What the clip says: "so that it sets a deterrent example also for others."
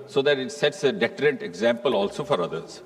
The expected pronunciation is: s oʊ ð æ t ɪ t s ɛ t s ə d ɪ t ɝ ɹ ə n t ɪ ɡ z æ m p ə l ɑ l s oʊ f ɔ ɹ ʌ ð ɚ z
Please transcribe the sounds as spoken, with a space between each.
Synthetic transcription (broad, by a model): s oʊ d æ t ɪ t s ɛ t s ə d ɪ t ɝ ɹ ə n t ɪ ɡ z æ m p ə l ɑ l s oʊ f ɔ ɹ ʌ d ɚ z